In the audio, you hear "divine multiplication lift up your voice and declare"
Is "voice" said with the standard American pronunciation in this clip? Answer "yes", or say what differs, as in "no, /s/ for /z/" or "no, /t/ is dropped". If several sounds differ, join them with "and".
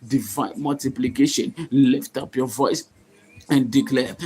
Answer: yes